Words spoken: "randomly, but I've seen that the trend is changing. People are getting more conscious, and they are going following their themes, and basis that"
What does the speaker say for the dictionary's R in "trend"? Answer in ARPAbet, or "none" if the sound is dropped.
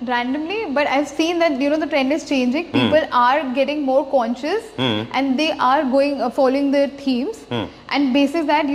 R